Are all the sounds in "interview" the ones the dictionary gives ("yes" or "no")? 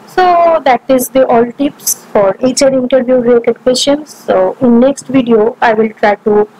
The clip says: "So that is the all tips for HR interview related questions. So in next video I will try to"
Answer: yes